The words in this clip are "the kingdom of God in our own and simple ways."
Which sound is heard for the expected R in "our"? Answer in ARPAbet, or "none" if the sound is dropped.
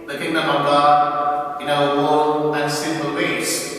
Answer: W